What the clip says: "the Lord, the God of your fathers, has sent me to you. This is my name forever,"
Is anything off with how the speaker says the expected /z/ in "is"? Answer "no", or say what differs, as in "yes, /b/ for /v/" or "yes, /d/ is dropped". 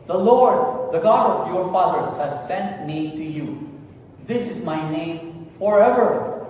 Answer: no